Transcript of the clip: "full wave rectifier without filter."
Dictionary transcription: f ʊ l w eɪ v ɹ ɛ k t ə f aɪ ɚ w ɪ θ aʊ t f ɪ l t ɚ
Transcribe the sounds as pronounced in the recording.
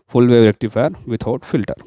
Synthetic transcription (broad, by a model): f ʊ l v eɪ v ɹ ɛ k t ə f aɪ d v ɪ t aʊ t f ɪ l t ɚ